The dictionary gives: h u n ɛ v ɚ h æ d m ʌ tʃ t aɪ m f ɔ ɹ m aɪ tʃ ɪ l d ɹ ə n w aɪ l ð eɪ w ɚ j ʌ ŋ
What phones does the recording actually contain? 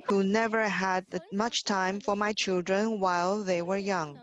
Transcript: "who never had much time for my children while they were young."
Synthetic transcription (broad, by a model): h u n ɛ v ɚ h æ d m ʌ tʃ t aɪ m f ɔ ɹ m aɪ tʃ ɪ l d ɹ ə n w aɪ l ð eɪ w ɚ j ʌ ŋ